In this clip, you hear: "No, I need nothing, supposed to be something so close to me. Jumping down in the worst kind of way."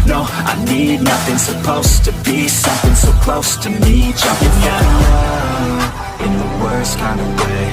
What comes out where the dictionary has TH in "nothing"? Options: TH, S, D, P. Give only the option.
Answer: TH